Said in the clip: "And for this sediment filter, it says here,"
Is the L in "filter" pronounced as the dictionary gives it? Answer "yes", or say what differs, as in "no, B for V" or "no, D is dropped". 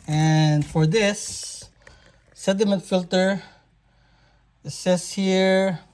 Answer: yes